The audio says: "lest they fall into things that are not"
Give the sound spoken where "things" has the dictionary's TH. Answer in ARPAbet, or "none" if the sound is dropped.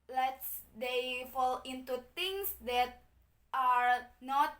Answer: T